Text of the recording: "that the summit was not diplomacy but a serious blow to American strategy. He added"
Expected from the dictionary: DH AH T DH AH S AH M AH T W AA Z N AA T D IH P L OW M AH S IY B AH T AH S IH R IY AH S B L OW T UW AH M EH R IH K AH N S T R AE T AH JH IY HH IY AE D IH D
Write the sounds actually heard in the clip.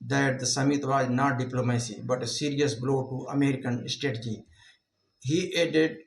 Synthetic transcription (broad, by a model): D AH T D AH S AH M AH T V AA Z N AA T D IH P L OW M AH S IY B AH T AH S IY R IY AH S B L OW T UW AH M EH R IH K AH N S T EH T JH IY HH IY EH D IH D